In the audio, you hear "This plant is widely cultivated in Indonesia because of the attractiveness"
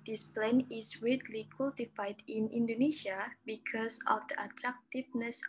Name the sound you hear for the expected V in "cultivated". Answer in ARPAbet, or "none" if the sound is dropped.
F